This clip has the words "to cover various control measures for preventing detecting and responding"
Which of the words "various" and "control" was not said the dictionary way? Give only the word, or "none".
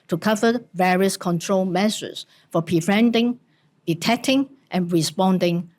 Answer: none